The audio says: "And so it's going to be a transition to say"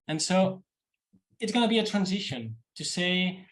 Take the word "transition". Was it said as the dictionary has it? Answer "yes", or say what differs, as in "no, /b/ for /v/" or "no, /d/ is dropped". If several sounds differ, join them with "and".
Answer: yes